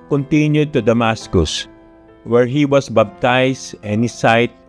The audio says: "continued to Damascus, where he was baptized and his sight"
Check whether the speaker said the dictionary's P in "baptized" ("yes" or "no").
no